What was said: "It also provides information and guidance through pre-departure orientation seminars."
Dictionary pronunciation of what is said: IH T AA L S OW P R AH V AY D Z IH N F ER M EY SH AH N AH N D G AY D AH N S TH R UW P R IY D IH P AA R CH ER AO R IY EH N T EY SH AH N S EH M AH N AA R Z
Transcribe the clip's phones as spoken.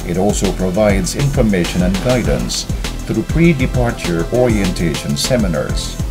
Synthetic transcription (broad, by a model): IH T AA L S OW P R AH V AY D Z IH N F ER M EY SH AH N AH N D G AY D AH N S TH R UW P R IY D IH P AA R CH ER AO R IY EH N T EY SH AH N S EH M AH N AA R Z